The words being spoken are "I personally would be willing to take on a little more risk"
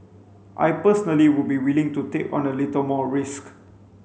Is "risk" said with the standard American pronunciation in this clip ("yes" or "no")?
yes